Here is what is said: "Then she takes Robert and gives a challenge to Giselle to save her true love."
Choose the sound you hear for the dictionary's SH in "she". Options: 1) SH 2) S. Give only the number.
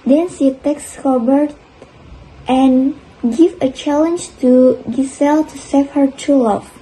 2